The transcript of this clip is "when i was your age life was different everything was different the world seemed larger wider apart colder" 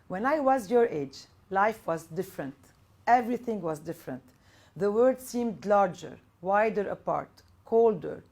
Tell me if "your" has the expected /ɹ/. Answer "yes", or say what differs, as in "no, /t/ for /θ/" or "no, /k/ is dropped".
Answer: yes